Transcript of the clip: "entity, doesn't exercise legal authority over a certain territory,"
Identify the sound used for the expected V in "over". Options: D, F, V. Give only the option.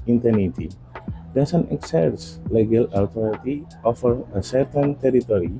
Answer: F